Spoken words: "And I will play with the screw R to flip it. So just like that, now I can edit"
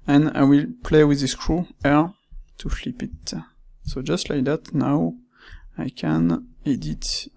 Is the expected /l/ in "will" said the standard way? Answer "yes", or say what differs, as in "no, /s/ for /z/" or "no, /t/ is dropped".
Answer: yes